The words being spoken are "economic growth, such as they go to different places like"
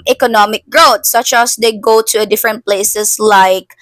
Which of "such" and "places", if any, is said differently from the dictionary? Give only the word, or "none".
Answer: places